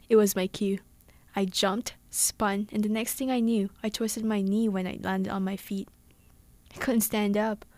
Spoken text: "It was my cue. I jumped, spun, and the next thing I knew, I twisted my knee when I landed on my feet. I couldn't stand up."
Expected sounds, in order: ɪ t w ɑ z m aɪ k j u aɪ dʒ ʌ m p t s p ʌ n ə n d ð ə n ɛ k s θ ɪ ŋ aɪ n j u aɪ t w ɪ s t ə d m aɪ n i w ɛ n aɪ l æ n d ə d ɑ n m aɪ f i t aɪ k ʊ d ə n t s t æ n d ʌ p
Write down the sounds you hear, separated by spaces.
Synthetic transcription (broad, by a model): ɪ t w ɑ z m aɪ k j u aɪ dʒ ʌ m p t s p ʌ n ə n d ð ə n ɛ k s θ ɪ ŋ aɪ n j u aɪ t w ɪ s t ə d m aɪ n i w ɛ n aɪ l æ n d ə d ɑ n m aɪ f i t aɪ k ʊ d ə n t s t æ n d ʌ p